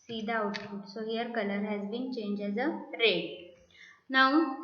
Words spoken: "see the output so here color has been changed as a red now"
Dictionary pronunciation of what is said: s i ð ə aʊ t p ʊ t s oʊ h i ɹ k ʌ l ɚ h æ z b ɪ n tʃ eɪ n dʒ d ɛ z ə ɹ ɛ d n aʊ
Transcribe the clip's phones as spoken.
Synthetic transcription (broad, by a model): s i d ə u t f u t s oʊ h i ɹ k ʌ l ɚ h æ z b ɪ n tʃ eɪ n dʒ ɛ z ə ɹ ɛ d n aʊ